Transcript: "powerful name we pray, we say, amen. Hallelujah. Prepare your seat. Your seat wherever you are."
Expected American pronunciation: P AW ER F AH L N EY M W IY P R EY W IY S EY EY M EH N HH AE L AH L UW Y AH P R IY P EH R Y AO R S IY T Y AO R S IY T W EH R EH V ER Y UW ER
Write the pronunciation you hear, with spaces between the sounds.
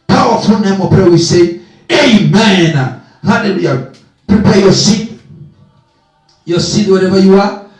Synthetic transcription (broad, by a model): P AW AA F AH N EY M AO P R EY W IY S EY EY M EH N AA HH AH N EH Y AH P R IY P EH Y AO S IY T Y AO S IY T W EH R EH B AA Y UW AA